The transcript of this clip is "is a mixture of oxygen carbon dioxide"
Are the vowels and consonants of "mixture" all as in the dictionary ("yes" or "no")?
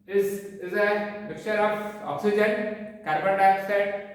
no